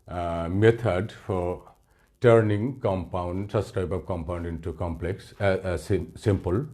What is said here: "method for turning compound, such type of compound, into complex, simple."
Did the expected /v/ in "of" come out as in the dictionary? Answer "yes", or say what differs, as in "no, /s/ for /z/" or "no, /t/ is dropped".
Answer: no, /p/ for /v/